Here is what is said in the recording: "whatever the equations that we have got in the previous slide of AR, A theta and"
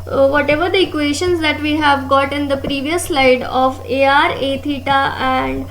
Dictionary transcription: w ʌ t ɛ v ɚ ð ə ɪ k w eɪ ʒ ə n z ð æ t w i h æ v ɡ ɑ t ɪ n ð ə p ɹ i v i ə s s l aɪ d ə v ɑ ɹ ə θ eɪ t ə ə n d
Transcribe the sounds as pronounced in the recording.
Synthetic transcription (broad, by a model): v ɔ t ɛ v ɚ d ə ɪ k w eɪ ʃ ə n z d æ t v i h æ v ɡ ɑ t ɪ n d ə p ɹ i v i ə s s l aɪ d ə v ɑ ɹ ə t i t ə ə n d